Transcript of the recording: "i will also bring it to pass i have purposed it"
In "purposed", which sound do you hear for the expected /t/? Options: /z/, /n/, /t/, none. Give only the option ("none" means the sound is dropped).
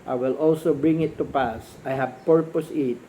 none